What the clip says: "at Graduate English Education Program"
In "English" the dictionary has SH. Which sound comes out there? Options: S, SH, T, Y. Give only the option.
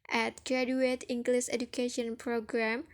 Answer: S